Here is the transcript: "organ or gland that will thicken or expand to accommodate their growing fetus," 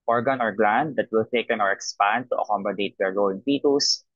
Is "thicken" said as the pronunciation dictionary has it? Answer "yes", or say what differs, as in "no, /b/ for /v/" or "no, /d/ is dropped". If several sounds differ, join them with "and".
no, /t/ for /θ/